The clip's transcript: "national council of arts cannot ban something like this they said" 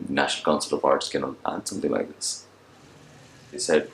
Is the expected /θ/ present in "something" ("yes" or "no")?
no